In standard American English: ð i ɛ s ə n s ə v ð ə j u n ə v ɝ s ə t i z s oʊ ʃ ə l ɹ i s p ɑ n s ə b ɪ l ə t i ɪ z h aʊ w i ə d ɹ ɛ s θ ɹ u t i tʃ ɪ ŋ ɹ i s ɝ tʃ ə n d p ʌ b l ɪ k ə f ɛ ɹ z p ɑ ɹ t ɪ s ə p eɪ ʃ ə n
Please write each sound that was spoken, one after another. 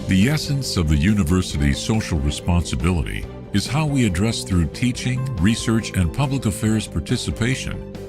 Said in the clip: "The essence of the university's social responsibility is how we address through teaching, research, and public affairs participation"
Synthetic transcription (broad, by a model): ð i ɛ s ə n s ə v ð ə j u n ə v ɝ s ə t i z s oʊ ʃ l ɹ i s p ɑ n s ə b ɪ l ə t i ɪ z h aʊ w i ə d ɹ ɛ s θ ɹ u t i tʃ ɪ ŋ ɹ i s ɝ tʃ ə n p ʌ b l ɪ k ə f ɛ ɹ z p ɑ ɹ t ɪ s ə p eɪ ʃ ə n